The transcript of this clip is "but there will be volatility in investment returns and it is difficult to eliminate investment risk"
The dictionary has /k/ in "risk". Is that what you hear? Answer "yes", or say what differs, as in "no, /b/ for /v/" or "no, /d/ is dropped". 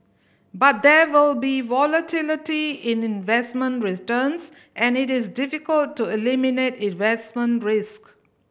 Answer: yes